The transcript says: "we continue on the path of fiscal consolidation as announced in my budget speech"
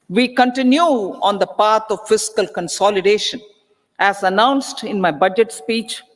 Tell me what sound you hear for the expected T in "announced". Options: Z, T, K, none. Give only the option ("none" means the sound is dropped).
T